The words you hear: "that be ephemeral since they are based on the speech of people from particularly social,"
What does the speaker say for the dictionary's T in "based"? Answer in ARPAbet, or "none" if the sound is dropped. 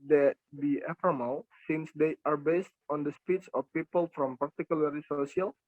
T